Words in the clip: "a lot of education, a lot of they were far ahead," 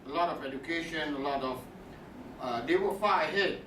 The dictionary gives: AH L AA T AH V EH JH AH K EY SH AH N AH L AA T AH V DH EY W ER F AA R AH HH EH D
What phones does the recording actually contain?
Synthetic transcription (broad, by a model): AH L AA T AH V EH JH AH K EY SH AH N AH L AA T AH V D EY W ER F AA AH HH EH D